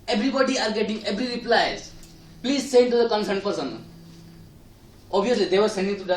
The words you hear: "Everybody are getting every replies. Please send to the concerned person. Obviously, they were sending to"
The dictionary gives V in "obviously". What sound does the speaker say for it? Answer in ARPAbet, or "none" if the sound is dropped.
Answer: none